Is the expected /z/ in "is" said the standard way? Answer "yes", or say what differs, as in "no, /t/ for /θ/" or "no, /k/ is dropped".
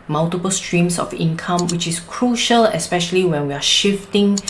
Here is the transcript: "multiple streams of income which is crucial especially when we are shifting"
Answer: no, /s/ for /z/